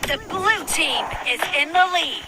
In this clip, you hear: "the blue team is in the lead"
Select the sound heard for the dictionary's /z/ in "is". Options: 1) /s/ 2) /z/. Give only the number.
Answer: 2